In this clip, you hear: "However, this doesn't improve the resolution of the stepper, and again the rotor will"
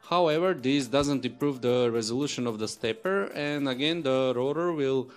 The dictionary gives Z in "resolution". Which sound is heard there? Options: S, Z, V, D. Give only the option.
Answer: Z